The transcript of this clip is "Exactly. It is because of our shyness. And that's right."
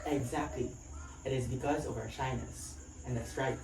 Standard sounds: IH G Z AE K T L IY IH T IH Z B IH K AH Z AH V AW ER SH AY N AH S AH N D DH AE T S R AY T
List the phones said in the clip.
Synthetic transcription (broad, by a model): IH G Z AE K T L IY IH T IH Z B IH K AH Z AH V AW ER SH AY N AH S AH N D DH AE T S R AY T